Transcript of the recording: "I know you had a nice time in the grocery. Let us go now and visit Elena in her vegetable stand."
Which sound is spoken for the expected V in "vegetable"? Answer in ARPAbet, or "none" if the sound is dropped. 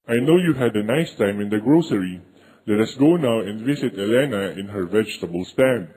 V